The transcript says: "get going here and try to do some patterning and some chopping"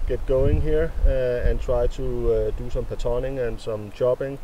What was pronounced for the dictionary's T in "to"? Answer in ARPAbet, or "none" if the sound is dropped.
S